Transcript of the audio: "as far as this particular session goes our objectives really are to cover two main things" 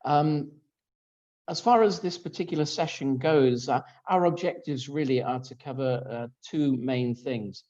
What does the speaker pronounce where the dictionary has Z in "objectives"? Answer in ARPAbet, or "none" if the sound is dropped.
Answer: Z